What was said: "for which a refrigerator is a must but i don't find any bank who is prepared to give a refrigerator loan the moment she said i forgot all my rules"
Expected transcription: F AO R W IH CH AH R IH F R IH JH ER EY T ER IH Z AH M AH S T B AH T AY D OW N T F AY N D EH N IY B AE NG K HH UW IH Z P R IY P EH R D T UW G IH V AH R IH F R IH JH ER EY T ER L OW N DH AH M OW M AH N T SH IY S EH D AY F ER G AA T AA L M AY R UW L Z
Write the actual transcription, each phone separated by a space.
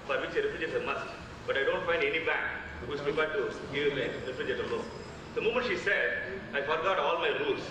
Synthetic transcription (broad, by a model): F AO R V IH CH AH R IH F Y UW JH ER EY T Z AH M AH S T B AH T AY D OW N T F AY N D EH N IY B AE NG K HH UW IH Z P R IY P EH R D T UW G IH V AH R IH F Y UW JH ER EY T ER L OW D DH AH M OW M AH N T SH IY S EH D AY F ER G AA T AA L M AY R UW L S